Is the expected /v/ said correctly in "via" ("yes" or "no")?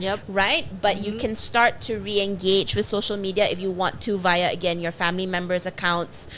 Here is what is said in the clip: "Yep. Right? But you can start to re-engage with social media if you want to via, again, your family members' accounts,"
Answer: yes